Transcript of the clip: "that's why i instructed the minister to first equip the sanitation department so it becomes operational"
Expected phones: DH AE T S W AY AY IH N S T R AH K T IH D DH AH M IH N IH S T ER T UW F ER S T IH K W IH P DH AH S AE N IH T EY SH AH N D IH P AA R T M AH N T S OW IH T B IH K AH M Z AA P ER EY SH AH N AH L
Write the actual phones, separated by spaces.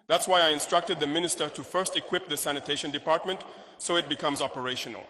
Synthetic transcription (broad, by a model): DH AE T S W AY AY IH N S T R AH K T IH D DH AH M IH N IH S T ER T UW F ER S T IH K W IH P DH AH S AE N IH T EY SH AH N D IH P AA R T M AH N T S OW IH T B IH K AH M Z AA P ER EY SH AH N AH L